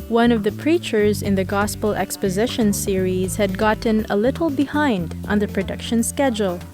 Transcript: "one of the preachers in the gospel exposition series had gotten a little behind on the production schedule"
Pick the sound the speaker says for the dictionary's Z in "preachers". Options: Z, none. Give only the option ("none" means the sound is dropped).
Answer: Z